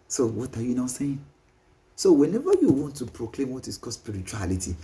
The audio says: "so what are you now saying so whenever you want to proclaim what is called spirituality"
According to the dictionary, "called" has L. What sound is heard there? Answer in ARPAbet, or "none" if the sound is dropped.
none